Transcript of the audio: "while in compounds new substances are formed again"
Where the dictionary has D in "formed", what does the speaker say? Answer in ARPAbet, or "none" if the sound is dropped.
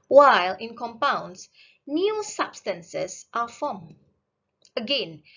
none